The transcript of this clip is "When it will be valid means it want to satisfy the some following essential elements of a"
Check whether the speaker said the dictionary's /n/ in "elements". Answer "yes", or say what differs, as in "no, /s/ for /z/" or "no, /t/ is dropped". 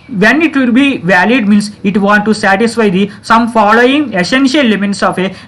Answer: no, /n/ is dropped